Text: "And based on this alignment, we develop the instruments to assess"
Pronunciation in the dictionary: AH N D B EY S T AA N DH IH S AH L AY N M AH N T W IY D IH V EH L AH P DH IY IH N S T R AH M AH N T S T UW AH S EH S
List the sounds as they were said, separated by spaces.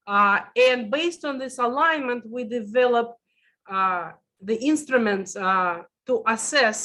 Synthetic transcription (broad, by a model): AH N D B EY S T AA N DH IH S AH L AY N M AH N T W IY D IH V EH L AH P DH IY IH N S T R AH M AH N T S T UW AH S EH S